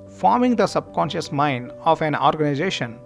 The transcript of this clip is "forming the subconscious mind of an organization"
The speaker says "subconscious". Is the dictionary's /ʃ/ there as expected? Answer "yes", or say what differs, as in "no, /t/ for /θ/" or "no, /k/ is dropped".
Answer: yes